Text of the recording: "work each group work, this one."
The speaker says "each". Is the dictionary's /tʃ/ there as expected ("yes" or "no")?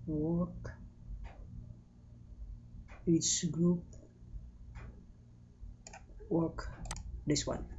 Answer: no